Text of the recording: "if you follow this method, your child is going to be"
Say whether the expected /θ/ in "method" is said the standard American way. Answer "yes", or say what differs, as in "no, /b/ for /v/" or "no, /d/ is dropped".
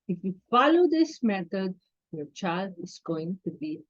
no, /t/ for /θ/